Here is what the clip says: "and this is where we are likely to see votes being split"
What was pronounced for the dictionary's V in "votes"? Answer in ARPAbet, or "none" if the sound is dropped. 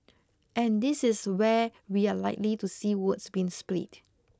W